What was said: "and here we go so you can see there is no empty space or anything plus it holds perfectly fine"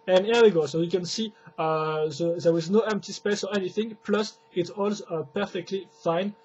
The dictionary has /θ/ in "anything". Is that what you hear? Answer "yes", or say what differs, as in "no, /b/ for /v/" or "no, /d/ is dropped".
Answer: yes